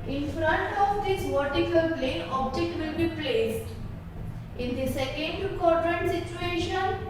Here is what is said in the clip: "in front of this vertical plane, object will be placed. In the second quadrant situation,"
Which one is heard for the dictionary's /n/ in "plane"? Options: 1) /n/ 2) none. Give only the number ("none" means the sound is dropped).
2